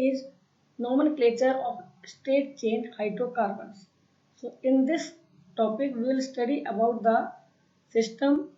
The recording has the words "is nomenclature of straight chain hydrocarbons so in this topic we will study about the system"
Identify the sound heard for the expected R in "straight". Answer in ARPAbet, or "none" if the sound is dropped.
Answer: none